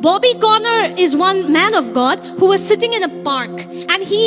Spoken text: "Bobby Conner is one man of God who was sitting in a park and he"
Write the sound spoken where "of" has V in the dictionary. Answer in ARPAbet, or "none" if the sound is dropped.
V